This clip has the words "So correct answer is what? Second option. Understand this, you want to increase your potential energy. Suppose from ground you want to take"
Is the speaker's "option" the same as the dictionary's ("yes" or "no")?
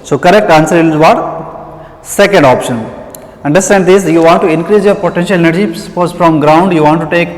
yes